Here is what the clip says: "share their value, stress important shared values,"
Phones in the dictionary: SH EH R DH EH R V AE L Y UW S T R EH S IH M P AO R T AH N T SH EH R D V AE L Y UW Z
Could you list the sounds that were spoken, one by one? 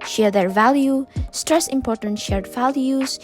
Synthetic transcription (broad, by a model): SH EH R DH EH R V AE L Y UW S T R EH S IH M P AO R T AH N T SH EH R D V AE L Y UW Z